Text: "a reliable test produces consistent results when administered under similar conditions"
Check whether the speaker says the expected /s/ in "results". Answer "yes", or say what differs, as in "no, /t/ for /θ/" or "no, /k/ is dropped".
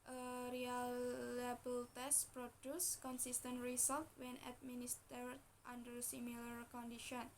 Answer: no, /s/ is dropped